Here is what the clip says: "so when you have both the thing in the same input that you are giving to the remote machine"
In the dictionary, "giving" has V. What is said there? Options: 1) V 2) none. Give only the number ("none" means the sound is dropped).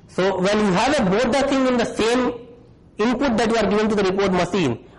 2